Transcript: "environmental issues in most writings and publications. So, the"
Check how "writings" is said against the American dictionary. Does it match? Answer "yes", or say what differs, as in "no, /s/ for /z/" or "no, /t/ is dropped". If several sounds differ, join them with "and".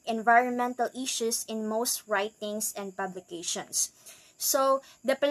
no, /s/ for /z/